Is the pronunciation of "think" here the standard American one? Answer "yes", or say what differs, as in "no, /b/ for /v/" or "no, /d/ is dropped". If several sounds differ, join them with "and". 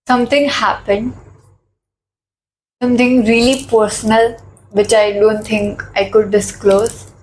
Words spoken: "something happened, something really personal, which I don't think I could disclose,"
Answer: no, /t/ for /θ/